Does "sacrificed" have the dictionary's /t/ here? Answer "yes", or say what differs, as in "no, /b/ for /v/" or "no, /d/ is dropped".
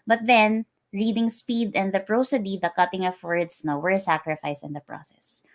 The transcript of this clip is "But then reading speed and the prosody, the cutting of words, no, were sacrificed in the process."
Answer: no, /t/ is dropped